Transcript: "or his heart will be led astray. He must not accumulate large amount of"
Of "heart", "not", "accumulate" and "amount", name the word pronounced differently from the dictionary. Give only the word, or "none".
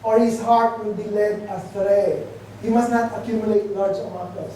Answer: amount